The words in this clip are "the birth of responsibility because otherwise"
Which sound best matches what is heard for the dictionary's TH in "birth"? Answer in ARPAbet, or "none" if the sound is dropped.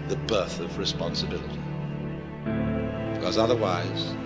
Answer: TH